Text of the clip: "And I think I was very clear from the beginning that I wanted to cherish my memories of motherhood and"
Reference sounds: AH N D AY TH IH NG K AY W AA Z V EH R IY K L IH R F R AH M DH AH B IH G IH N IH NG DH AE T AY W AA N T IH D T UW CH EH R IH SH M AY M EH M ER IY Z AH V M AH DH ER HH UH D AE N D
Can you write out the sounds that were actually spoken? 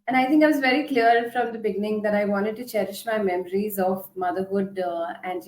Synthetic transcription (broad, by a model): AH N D AY T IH NG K AY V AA Z V EH R IY K L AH R F R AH M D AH B IH G IH N IH NG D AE T AY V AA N T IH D T UW CH EH R IH SH M AY M EH M ER IY Z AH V M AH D ER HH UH D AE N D